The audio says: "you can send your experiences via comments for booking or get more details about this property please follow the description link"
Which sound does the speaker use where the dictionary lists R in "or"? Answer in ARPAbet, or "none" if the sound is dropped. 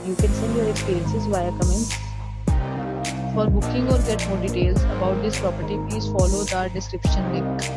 R